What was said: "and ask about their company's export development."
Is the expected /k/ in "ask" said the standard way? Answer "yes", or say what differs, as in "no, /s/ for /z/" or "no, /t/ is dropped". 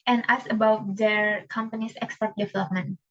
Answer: no, /k/ is dropped